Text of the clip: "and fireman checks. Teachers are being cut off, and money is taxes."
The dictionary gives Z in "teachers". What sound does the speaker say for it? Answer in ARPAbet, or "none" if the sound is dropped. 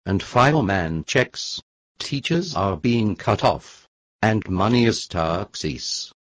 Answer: Z